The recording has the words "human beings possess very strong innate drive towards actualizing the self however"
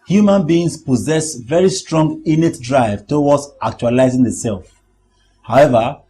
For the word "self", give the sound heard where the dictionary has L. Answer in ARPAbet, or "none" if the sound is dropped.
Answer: L